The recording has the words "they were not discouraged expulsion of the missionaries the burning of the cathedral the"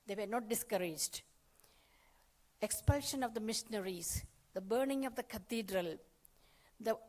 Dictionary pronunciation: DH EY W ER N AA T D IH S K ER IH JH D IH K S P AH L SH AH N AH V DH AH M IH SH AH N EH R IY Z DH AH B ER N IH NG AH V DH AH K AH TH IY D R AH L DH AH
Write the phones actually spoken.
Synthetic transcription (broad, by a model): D EY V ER N AA T D IH S K ER IH JH D IH K S P AH L SH AH N AH V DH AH M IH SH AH N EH R IY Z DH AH B ER N IH NG AH V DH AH K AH T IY D R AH L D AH